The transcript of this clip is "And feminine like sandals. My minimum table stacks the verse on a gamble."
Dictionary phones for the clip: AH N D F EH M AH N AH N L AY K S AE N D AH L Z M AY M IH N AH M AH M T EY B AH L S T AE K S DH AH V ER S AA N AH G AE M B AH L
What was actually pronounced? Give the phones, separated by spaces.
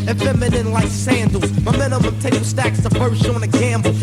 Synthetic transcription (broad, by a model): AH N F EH M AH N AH N L AY K S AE N D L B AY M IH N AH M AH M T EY AH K S T AE K S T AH F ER SH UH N AH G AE M B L